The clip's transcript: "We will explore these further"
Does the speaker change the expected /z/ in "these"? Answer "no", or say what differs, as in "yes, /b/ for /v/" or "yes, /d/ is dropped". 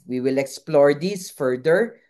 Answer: yes, /s/ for /z/